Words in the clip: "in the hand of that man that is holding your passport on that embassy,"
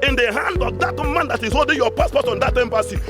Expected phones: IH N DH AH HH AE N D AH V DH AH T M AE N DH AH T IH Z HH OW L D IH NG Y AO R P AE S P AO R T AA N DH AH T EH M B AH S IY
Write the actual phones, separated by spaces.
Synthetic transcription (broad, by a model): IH N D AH HH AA N D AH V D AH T M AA N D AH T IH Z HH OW D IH Y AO P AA S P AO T AA N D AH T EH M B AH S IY